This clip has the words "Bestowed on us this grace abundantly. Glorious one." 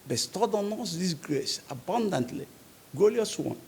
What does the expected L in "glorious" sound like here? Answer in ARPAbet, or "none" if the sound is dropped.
none